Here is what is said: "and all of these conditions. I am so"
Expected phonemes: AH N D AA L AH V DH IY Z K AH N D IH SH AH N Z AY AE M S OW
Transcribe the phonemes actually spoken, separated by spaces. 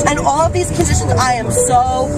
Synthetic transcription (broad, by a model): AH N AA L AH V DH IY Z K AH N D IH SH AH N Z AY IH M S OW